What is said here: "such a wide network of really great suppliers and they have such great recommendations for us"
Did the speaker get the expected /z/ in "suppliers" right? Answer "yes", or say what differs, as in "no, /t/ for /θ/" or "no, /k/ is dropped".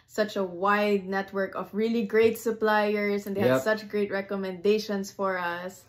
no, /s/ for /z/